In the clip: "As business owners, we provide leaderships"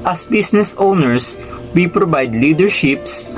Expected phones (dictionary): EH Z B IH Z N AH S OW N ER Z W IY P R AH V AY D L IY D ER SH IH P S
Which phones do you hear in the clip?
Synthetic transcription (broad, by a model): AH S B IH S N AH S OW N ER S W IY P R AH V AY D L IY D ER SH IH P S